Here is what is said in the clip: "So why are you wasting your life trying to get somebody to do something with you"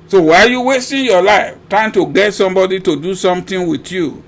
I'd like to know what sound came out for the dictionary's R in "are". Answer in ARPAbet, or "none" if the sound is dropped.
L